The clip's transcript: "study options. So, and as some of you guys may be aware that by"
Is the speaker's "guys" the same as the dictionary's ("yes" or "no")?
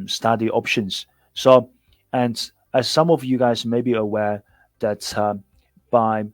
yes